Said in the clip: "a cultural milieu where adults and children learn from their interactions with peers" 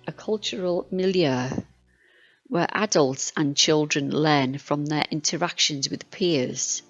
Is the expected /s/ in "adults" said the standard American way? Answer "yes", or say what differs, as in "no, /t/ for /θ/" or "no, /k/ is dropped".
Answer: yes